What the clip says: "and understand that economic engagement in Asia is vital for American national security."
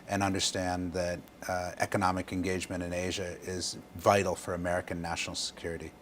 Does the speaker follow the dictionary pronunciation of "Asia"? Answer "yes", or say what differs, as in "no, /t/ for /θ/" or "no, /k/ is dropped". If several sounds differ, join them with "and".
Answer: yes